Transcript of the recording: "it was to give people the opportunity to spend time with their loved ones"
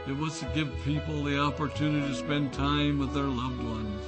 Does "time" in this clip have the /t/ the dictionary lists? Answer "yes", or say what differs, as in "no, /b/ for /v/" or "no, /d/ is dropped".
yes